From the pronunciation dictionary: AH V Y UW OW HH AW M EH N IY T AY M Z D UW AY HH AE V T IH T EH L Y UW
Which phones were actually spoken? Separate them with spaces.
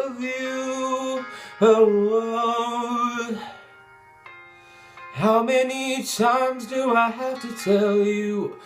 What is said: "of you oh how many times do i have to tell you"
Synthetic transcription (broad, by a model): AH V Y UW OW HH AW M EH N IY T AY M Z D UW AY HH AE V T IH T EH L Y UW